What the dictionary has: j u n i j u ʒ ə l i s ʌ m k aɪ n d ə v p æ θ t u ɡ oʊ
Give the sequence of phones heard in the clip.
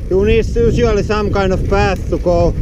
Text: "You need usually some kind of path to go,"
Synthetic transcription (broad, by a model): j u n i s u s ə l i s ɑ m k aɪ n ə f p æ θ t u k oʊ